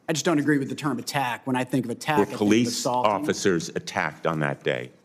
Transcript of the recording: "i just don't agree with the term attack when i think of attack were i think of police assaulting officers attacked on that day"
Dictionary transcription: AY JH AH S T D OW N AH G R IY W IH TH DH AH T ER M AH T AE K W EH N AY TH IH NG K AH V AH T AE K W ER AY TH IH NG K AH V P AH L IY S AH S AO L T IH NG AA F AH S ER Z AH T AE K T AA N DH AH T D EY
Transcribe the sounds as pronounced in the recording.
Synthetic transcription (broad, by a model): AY JH AH S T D OW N AH G R IY W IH DH AH T ER M AH T AE K W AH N AY TH IH NG K AH V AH T AE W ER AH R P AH L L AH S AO L AA F AH S ER Z AH T AE K T N DH AH T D EY